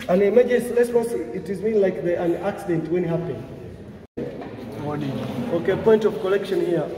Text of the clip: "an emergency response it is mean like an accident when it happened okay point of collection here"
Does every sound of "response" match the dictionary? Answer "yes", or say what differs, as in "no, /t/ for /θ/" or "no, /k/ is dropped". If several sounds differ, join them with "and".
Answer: no, /n/ is dropped